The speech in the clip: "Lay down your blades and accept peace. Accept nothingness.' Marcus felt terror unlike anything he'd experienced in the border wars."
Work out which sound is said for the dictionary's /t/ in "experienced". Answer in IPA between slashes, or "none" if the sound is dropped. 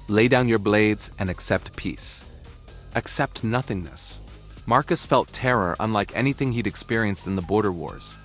/t/